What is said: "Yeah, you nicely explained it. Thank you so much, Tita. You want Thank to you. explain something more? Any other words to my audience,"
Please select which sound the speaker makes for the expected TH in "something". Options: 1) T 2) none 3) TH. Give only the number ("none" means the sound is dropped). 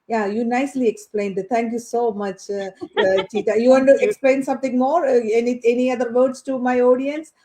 1